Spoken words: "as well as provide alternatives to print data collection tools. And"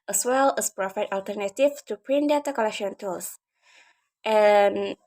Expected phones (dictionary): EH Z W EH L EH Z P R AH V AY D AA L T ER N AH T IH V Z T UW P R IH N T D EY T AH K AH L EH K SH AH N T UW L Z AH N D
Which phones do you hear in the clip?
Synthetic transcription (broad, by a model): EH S W EH L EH S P R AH F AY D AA L T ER N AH T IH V T UW P R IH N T D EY T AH K AH L EH K SH AH N T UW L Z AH N